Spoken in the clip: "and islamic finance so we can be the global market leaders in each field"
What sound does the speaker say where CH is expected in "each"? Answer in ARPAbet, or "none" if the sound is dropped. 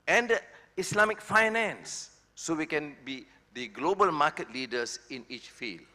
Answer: CH